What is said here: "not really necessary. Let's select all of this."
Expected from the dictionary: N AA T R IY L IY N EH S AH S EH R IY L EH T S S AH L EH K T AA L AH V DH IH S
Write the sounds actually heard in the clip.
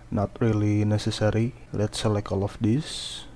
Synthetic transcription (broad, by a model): N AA T R IY L IY N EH S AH S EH R IY L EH T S S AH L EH K AA L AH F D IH S